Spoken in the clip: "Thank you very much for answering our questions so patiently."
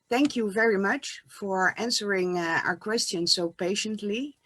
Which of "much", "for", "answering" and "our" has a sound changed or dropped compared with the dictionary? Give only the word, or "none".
none